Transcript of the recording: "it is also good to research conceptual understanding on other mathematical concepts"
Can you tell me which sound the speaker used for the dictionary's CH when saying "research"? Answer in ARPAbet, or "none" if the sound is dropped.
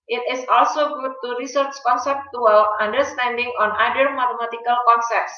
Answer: CH